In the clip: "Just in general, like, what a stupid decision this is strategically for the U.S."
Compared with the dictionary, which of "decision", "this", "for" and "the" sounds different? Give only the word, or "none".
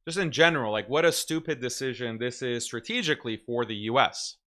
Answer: none